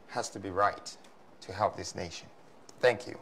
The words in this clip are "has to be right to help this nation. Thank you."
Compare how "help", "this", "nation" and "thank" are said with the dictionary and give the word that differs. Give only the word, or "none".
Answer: none